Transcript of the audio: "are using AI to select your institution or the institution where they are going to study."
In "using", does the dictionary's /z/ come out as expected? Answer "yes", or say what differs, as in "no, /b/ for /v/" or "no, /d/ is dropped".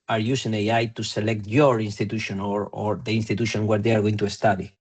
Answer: no, /s/ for /z/